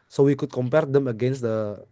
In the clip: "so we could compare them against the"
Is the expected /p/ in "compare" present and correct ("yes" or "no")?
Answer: yes